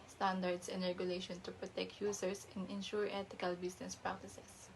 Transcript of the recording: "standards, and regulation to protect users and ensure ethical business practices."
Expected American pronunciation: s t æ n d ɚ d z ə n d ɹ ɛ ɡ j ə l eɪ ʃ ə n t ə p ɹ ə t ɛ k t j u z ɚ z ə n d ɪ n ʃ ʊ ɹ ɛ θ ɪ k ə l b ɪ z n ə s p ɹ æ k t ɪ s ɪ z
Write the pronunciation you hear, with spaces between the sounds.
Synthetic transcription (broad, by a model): s t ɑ n d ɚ d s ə n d ɹ ɛ ɡ j ə l eɪ ʃ ə n t ə p ɹ ə t ɛ k t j u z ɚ s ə n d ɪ n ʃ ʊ ɹ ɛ t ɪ k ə l b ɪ s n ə s p ɹ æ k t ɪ s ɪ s